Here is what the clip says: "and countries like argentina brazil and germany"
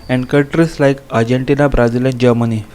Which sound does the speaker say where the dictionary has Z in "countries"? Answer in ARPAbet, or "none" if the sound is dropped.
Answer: S